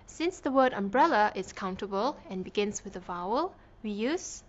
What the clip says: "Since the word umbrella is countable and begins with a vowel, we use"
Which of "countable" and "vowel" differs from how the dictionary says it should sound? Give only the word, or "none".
none